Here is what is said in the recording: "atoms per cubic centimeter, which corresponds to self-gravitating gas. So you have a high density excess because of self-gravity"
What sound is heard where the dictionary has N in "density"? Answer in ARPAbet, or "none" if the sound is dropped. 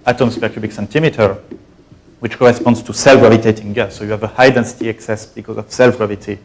N